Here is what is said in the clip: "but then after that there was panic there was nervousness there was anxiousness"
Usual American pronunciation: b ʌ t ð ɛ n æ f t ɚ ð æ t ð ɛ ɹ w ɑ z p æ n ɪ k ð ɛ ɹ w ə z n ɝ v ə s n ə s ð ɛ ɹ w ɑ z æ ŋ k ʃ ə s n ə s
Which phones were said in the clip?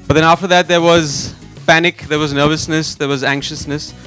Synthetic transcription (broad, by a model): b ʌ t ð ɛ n æ f t ɚ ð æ t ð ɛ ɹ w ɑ z p æ n ɪ k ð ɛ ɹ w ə z n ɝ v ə s n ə s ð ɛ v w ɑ z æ ŋ k ʃ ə s n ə s